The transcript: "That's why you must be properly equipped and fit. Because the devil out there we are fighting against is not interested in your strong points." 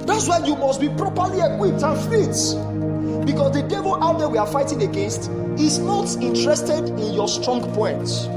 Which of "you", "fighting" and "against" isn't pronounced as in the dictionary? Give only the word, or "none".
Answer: none